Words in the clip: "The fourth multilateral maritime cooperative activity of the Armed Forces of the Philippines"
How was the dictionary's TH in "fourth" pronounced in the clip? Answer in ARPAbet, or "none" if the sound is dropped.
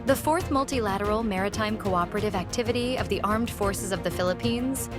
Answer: TH